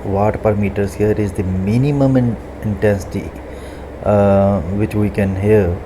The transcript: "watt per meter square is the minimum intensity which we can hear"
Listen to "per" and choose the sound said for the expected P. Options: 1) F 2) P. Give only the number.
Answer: 2